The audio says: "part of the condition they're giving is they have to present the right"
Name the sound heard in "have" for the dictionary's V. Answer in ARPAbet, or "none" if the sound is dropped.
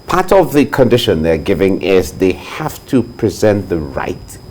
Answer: F